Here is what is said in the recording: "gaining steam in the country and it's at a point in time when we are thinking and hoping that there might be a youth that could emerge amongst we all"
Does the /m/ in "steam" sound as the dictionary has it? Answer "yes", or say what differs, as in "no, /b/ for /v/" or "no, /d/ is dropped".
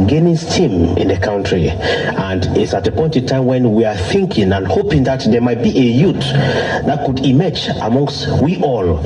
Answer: yes